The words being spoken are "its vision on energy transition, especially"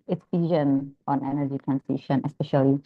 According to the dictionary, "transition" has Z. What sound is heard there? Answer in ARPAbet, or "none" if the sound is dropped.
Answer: S